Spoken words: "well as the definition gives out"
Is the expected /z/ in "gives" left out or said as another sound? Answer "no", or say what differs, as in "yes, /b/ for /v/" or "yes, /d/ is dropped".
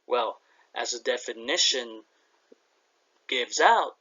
no